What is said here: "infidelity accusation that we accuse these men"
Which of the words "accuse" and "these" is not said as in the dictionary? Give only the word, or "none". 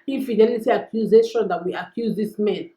these